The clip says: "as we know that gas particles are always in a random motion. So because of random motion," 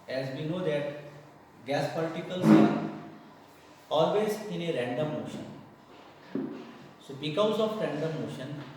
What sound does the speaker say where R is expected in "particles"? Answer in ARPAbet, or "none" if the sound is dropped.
L